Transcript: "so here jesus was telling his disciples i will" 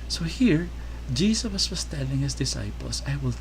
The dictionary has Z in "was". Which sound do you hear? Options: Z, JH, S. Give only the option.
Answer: S